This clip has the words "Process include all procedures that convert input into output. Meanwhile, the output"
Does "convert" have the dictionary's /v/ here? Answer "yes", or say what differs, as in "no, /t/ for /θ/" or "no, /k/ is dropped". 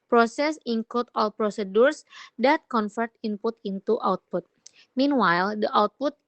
no, /f/ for /v/